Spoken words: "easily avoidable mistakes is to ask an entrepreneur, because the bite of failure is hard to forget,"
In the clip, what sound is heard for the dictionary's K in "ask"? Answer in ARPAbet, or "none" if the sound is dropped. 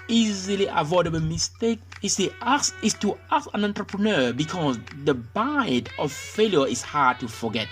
none